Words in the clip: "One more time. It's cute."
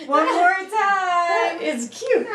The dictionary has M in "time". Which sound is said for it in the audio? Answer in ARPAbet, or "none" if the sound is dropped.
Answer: none